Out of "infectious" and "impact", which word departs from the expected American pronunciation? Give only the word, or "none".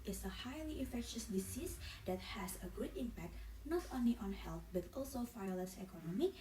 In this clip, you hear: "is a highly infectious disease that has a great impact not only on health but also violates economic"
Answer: infectious